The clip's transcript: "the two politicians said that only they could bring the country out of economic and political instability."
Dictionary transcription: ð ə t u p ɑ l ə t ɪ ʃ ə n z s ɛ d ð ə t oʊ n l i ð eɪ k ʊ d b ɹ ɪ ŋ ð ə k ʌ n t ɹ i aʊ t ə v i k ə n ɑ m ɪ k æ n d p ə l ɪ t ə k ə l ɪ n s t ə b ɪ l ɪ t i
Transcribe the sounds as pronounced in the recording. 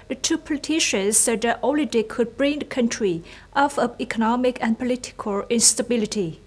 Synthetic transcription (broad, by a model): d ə t u p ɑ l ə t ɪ ʃ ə n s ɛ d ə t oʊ l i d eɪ k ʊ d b ɹ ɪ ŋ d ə k ʌ n t ɹ i t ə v i k ə n ɑ m ɪ k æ n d p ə l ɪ t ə k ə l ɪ n s t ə b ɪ l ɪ t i